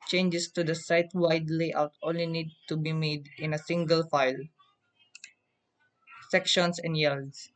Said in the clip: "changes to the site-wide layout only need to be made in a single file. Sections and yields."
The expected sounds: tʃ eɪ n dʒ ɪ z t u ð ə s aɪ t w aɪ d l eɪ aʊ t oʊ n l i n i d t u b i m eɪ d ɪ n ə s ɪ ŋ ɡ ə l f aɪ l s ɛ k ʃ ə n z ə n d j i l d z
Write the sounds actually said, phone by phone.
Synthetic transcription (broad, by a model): tʃ eɪ n dʒ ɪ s t u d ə s aɪ t w aɪ d l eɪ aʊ t oʊ n l i n i d t u b i m eɪ d ɪ n ə s ɪ ŋ ɡ ə l f aɪ l s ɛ k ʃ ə n s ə n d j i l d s